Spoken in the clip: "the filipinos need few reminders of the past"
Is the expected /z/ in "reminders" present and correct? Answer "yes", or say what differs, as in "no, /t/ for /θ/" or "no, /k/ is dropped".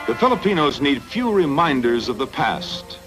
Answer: yes